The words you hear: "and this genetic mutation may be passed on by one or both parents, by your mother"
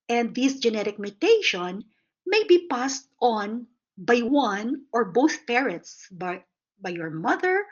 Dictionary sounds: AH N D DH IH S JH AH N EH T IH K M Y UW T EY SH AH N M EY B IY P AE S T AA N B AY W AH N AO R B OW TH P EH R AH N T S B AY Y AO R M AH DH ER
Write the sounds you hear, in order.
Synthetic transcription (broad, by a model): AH N D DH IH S JH AH N EH T IH K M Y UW T EY SH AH N M EY B IY P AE S T AA N B AY W AH N AO R B OW TH P EH R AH N T S B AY Y AO R M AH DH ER